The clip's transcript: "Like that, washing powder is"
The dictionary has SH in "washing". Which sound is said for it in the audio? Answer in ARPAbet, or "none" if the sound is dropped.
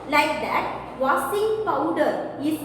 S